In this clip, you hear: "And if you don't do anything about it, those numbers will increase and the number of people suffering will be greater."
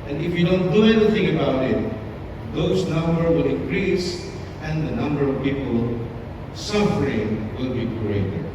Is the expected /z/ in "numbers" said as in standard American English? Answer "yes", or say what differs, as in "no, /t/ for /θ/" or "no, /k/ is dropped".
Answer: no, /z/ is dropped